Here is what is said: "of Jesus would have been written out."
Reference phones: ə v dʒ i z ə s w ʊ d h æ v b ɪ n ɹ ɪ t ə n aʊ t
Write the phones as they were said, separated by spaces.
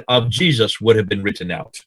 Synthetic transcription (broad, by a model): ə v dʒ i z ə s w ʊ d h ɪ v b ɪ n ɹ ɪ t n aʊ t